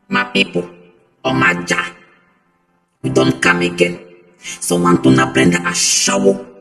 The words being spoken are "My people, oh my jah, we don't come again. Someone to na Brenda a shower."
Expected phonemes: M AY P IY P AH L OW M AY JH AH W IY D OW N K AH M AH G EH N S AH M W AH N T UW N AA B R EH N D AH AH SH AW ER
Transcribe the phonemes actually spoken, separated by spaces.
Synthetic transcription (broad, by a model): M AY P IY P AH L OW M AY JH AH W IY D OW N K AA M AH G EH N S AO W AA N T UW N AA B R EH N D AH AH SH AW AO